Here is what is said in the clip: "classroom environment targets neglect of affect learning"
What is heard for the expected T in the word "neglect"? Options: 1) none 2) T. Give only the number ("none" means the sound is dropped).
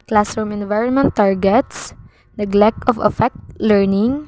1